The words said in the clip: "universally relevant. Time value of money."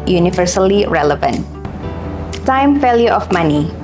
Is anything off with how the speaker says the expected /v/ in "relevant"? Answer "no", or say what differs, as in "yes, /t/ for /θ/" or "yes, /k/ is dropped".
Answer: no